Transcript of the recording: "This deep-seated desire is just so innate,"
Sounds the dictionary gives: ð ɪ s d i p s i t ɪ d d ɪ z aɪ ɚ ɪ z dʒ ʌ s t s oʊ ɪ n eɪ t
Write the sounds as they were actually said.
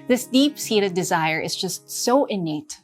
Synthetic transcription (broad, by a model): ð ɪ s d i p s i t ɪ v d ɪ z aɪ ɚ ɪ z dʒ ʌ s t s oʊ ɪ n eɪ t